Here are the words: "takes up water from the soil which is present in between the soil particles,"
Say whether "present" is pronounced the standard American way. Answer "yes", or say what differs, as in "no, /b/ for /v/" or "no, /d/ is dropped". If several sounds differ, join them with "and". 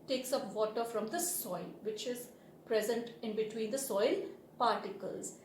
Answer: yes